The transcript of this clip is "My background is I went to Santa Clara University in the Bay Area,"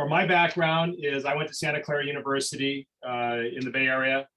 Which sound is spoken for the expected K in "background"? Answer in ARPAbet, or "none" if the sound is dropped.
K